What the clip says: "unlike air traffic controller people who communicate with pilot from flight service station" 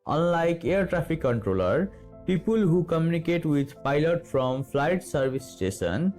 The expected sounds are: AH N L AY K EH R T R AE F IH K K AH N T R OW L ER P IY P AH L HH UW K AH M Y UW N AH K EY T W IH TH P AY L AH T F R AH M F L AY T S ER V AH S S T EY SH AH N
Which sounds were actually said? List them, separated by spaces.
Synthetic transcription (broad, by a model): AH N L AY K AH R T R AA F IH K K AH N T R OW L ER P IY P AH L HH UW K AH M Y UW N AH K EY T W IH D P AY L AH T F R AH M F L AY T S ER B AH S S T EY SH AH N